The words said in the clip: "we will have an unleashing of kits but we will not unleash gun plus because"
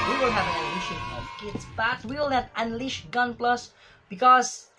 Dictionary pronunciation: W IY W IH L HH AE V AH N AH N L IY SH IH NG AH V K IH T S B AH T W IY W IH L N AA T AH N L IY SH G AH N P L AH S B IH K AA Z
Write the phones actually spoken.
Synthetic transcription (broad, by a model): W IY W IH L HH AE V AH N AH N IH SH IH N AH V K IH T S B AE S W IY W IH L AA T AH N L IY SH G AH N P L AH S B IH K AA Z